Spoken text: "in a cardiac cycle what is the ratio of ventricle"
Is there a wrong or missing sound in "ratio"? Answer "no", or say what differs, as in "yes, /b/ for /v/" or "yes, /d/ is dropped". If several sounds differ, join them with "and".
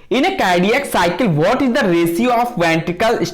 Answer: yes, /s/ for /ʃ/